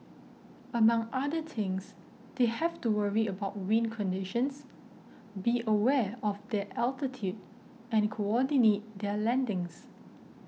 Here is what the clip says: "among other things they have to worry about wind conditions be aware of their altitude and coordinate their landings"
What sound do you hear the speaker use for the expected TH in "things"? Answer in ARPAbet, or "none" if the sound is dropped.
T